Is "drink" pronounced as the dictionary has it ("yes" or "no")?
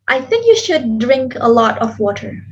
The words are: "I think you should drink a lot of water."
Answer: yes